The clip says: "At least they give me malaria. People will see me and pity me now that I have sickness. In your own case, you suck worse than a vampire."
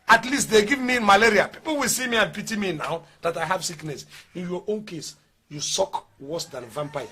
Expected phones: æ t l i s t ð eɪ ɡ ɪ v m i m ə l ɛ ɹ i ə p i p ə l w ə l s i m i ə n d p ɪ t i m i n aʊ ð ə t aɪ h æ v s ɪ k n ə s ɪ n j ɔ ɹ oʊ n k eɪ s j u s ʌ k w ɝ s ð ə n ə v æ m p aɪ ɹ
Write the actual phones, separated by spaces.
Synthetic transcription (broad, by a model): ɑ t l i s t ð eɪ ɡ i v m i m ə l ɛ ɹ i ə p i p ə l w ə l s i m i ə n p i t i m i n aʊ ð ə t aɪ h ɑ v s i k n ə s ɪ n j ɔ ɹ oʊ n k eɪ s j u s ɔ k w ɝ s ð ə n v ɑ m p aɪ